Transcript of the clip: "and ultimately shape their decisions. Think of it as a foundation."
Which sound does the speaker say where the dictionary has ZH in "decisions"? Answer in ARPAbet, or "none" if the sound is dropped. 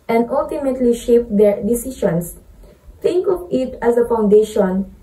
SH